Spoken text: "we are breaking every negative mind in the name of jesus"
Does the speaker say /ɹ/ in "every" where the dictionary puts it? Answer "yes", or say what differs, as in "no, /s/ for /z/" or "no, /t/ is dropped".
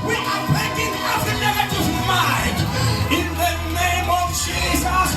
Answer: no, /ɹ/ is dropped